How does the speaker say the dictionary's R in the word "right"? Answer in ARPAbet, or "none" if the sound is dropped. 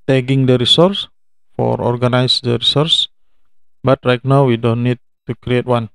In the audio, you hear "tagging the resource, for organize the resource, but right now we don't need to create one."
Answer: L